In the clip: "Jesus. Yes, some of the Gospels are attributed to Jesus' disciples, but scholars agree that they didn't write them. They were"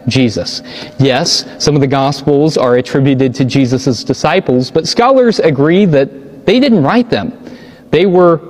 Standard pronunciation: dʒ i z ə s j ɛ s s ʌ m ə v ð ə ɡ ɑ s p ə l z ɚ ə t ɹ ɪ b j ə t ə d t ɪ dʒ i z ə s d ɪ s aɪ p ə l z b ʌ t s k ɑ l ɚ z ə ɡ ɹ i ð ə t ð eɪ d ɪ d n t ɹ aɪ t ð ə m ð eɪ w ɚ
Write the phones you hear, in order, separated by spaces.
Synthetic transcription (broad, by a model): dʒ i z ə s j ɛ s s ʌ m ə v ð ə ɡ ɑ s p l z ɚ ə t ɹ ɪ b j ə t ə d t ɪ dʒ i z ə s d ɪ s aɪ p l z b ʌ t s k ɑ l ɚ z ə ɡ ɹ i ð ə t ð eɪ d ɪ d n t ɹ aɪ t ð ə m ð eɪ w ɚ